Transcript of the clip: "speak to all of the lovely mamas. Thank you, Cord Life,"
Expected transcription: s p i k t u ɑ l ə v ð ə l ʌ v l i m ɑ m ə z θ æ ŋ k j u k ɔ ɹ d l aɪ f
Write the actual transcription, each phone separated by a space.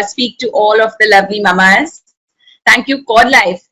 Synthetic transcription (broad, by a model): s p i k t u ɑ l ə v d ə l ʌ v l i m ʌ m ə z t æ ŋ k j u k ɔ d l aɪ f